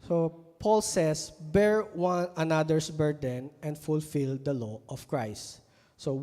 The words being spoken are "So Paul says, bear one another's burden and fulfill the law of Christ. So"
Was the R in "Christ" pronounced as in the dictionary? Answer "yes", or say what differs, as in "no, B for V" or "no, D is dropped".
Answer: yes